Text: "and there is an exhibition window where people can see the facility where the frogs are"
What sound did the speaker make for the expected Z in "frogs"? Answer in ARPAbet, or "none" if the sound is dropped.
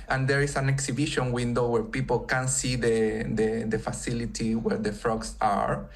S